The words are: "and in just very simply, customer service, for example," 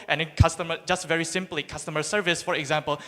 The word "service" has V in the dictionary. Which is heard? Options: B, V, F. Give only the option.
V